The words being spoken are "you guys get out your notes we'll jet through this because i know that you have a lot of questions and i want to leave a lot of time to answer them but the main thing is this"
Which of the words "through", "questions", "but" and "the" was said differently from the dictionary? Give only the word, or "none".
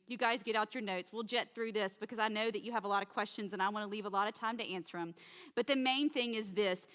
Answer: none